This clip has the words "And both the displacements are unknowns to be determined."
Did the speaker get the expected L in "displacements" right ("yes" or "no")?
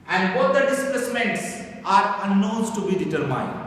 no